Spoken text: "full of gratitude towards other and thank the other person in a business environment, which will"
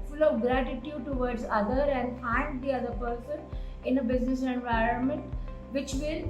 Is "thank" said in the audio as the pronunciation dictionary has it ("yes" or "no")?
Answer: no